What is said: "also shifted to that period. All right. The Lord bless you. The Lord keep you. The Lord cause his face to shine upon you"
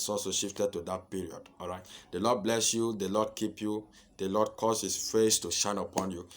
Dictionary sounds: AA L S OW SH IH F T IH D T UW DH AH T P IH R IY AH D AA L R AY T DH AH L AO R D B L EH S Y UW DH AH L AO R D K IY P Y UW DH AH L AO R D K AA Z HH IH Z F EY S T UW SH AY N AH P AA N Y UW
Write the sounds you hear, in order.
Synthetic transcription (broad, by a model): AA L S OW SH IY F T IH D T UW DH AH T P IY R IY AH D AA L R AY T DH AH L AO D B L EH S Y UW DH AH L AO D K IY P Y UW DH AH L AO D K AA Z HH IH S F EY S T UW SH AY N AH P AA N Y UW